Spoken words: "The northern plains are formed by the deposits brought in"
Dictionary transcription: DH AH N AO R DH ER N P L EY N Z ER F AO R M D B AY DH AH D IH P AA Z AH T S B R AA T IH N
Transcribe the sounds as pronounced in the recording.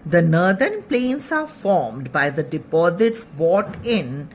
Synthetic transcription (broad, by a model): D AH N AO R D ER N P L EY N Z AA F AO R M D B AY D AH D IH P AA Z AH T S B AA T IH N